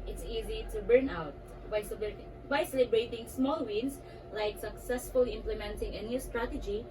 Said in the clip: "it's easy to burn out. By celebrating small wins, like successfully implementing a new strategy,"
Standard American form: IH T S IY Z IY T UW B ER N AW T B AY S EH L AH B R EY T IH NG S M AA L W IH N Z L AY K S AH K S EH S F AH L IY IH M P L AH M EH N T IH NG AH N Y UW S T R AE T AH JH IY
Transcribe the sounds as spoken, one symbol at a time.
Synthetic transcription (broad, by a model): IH T S IY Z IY T UW B ER N AW T B AY S EH L AH B R EY T IH NG S M AA L W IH N S L AY K S AH K S EH S F AH L IY IH M P L AH M EH N T IH NG AH N Y UW S T R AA T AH JH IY